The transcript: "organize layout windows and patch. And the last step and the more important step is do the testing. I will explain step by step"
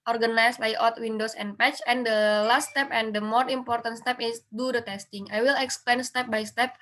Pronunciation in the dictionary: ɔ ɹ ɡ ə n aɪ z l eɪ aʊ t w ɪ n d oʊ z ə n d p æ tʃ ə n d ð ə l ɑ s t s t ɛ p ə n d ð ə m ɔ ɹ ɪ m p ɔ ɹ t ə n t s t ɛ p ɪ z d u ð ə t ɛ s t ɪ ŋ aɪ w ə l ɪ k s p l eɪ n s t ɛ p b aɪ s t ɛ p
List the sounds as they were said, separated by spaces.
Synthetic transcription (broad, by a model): ɔ ɹ ɡ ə n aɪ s l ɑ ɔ t w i n d oʊ s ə n p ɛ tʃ ə n d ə l ɑ s t s t ɛ p ə n d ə m ɔ ɹ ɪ m p ɔ ɹ t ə n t s t ɛ p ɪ s d u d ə t ɛ s t ɪ ŋ aɪ w ə l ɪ k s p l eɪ n s t ɛ p b aɪ s t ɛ p